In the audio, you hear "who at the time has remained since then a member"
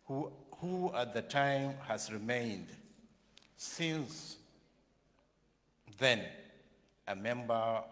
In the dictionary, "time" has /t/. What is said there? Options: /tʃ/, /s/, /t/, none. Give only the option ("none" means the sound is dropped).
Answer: /t/